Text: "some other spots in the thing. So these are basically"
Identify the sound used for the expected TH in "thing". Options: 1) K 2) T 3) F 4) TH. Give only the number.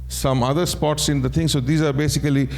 2